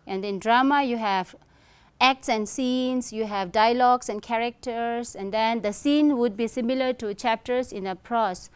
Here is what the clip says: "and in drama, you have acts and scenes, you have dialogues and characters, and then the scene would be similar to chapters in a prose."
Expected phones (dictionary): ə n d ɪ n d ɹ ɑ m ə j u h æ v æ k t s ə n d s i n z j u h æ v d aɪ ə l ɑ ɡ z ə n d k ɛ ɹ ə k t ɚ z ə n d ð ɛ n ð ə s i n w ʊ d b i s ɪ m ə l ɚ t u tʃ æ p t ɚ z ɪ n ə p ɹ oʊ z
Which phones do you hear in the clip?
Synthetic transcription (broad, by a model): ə n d ɪ n d ɹ ɑ m ə j u h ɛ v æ k t s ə n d s i n s j u h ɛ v d aɪ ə l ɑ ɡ s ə n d k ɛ ɹ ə k t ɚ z ə n d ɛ n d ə s i n w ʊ d b i s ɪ m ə l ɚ t u tʃ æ p t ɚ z ɪ n ə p ɹ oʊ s